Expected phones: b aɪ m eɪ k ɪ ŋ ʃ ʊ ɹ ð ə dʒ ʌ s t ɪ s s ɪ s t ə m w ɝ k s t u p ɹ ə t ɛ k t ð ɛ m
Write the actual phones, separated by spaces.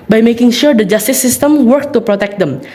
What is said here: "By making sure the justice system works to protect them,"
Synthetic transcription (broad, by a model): b aɪ m eɪ k ɪ ŋ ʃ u ɹ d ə dʒ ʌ s t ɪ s s ɪ s t ə m w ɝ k t u p ɹ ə t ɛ k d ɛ m